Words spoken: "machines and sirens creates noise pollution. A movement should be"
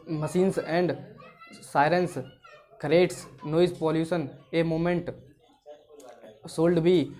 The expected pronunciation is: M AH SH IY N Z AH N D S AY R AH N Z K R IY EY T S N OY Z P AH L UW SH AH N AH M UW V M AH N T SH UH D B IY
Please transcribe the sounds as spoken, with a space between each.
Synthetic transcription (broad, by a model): M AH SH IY N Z AH N D S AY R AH N S K R EY T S N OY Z P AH L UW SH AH N AH M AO M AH N T S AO D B IY